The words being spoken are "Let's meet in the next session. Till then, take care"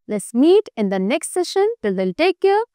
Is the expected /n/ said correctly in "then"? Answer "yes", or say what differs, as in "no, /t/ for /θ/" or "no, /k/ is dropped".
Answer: no, /l/ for /n/